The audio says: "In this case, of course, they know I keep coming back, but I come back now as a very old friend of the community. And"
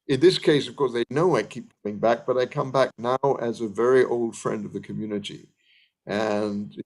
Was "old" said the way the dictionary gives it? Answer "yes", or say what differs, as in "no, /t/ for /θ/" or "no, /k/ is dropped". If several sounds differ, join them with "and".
yes